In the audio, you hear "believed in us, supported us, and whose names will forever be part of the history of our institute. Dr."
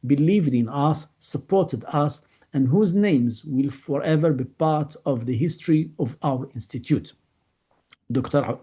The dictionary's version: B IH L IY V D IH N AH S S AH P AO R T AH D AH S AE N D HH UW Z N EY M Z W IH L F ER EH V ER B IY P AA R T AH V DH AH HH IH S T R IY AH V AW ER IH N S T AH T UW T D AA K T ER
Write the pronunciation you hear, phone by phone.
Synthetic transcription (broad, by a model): B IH L IY V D IH N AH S S AH P AO R T AH D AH S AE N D HH UW Z N EY M Z W IH L F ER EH V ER B IY P AA R T AH V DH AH HH IH S T R IY AH V AW ER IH N S T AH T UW T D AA K T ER